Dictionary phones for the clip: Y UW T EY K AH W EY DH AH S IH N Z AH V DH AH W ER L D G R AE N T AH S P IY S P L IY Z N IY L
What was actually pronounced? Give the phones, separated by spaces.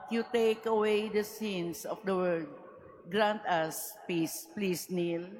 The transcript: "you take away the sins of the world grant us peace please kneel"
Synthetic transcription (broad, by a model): Y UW T EY K AH W EY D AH S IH N S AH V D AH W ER D G R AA N T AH S P IY S P L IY S N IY L